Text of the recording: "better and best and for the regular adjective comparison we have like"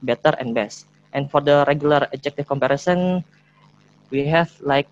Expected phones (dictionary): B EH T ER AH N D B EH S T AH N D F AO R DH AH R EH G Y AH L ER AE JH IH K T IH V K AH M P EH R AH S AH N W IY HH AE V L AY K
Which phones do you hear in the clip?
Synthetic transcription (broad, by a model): B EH T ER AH N B EH S T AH N F AO R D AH R EH G Y AH L ER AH JH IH K T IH F K AH M P EH R AH S AH N W IY HH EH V L AY K